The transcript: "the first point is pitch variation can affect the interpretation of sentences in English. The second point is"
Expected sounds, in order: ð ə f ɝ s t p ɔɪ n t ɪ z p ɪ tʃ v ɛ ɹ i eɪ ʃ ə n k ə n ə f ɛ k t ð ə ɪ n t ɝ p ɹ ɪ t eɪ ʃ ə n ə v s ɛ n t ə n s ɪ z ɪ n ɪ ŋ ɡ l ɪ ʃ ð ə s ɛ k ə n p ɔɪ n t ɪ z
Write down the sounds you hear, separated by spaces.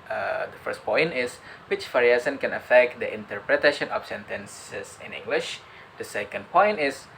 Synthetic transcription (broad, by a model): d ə f ɝ s t p ɔɪ n t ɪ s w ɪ tʃ f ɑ ɹ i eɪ s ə n k ə n ə f ɛ k t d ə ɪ n t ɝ p ɹ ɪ t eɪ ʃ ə n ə f s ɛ n t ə n s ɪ s ɪ n ɪ ŋ ɡ l ɪ ʃ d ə s ɛ k ə n p ɔɪ n t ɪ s